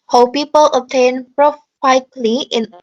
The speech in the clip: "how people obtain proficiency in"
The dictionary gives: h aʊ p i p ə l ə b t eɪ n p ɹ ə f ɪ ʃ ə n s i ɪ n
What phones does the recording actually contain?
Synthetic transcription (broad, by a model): h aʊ p i p ə l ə t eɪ n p ɹ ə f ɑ ə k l i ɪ n